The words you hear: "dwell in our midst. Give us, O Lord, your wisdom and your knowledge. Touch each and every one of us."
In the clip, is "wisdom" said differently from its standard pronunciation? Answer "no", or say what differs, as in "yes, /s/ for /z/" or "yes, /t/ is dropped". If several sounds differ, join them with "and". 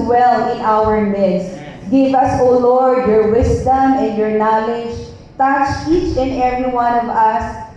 yes, /s/ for /z/